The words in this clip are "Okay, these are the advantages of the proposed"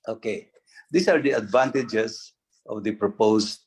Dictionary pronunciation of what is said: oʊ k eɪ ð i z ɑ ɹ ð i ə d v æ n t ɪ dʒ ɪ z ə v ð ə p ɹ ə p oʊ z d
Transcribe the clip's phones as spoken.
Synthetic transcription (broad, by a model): oʊ k eɪ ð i s ɑ ɹ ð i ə d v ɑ n t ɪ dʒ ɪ s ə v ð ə p ɹ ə p oʊ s